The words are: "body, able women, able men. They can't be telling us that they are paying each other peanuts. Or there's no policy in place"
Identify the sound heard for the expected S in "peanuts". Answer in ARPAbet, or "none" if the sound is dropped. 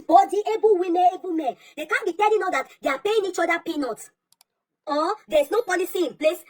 none